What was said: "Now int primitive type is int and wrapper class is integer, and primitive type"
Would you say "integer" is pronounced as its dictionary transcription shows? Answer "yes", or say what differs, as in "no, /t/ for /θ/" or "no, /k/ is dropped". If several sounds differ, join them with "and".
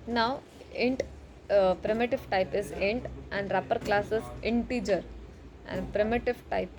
yes